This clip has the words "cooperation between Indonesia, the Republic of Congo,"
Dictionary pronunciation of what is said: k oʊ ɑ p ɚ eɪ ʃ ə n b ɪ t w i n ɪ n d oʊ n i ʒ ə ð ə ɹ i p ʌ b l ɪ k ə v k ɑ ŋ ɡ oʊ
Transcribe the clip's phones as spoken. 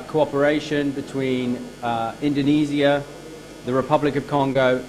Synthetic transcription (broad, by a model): k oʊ ɑ p ɚ eɪ ʃ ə n b ɪ t w i n ɪ n d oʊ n i z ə ð ə ɹ i p ʌ b l ɪ k ə v k ɑ ŋ ɡ oʊ